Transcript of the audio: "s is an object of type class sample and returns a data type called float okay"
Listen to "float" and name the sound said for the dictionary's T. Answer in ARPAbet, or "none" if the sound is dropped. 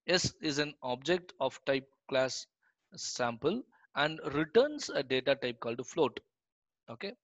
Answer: T